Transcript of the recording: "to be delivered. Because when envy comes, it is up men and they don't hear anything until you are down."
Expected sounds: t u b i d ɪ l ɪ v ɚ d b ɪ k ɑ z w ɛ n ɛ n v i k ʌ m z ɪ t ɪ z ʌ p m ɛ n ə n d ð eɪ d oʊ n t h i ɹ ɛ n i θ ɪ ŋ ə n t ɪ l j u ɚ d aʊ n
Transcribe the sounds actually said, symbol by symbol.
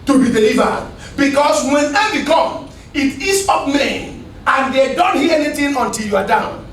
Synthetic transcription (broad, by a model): t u b i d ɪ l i v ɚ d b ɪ k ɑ s w ɛ n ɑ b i k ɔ m ɪ t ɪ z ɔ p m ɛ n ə n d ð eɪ d oʊ n t h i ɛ n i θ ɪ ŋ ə n t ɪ l j u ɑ d aʊ n